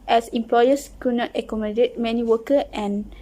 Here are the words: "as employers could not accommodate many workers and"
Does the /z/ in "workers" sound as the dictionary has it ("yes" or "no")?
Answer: no